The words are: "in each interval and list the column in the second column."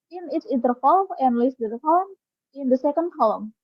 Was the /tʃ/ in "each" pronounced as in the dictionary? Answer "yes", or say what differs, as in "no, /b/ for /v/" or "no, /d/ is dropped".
no, /s/ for /tʃ/